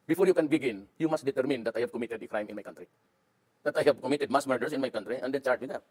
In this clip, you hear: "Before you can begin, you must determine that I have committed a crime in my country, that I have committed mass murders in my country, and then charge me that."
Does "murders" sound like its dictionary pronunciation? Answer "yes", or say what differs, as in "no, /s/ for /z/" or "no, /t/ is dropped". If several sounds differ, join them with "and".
no, /s/ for /z/